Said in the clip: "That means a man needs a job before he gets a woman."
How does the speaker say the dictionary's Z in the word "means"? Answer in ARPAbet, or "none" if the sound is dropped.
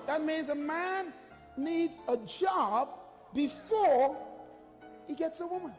Z